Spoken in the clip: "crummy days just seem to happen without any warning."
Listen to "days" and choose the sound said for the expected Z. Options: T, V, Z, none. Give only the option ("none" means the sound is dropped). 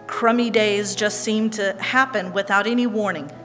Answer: Z